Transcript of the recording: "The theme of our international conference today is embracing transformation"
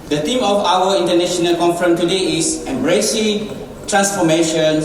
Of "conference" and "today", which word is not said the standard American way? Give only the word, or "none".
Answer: conference